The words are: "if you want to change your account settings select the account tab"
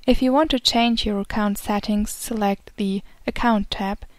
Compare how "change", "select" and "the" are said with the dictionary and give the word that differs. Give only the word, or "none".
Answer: none